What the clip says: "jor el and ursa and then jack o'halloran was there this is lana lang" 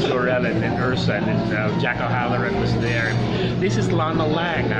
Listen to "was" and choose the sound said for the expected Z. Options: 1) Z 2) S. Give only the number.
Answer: 1